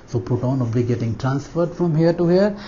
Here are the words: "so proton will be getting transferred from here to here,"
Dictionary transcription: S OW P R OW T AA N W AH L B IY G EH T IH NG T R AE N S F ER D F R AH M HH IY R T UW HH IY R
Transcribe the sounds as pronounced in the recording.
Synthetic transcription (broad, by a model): S OW P UH T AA N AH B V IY G EH T IH NG T R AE N S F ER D F R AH M HH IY R T UW HH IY R